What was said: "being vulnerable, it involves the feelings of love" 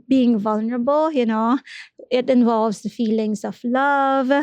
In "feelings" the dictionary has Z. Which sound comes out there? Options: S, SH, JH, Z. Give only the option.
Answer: S